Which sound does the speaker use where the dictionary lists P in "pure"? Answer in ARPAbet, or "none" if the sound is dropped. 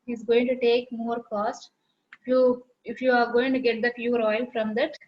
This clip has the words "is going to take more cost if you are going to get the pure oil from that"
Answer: F